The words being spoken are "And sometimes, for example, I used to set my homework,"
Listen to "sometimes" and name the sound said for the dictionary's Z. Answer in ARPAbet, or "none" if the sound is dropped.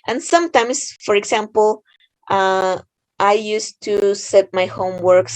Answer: S